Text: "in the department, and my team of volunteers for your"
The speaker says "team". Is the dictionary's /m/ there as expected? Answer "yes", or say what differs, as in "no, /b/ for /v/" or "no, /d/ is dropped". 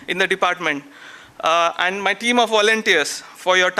yes